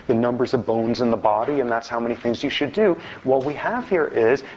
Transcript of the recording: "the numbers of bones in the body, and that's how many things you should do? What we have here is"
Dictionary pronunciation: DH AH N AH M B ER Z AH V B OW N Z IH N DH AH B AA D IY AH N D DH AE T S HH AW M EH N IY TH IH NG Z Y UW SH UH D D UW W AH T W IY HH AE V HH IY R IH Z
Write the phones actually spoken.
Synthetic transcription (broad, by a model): DH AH N AH M B ER Z AH V B OW N Z IH N DH AH B AA D IY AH N DH AE T S HH AW M EH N IY TH IH NG Z Y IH SH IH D D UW W AH T W IY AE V HH IY R IH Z